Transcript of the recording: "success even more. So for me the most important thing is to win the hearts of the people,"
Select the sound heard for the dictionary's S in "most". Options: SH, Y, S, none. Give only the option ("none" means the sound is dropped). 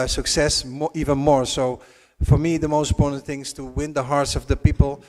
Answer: none